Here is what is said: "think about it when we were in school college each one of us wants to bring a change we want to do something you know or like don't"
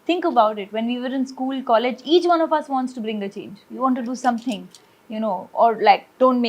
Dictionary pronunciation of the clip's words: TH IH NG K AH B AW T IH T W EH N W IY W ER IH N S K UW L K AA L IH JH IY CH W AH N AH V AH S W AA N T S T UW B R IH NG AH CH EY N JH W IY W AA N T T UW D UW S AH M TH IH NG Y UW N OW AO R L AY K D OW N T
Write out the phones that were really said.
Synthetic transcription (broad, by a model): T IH NG K AH B AW T IH T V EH N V IY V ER IH N S K UW L K AA L IH JH IY CH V AH N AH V AH S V AA N T S T UW B R IH NG AH CH EY N JH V IY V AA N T T UW D UW S AH M T IH NG Y UW N OW AO R L AY K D OW N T